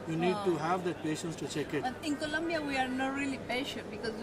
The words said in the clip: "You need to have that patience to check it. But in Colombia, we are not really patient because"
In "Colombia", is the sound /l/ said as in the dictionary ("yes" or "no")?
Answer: yes